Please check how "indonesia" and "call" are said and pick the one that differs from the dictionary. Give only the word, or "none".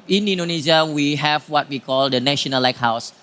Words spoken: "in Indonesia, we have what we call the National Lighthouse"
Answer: indonesia